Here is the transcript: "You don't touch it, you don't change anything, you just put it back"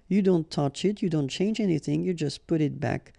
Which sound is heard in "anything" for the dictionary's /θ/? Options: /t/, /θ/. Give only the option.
/θ/